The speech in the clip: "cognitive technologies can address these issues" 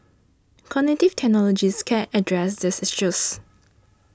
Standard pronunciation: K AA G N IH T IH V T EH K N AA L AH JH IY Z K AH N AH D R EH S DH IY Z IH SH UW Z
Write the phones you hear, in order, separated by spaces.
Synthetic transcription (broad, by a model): K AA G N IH T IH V T EH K N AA L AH JH IY S K AH N AH D R EH S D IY S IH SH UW S